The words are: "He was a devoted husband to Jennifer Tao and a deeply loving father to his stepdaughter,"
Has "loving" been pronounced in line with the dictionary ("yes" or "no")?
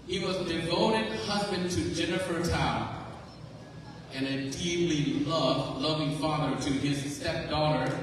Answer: yes